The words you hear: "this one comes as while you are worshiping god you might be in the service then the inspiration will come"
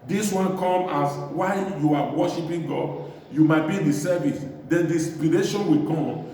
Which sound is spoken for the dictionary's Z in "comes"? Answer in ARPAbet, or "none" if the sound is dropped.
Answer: none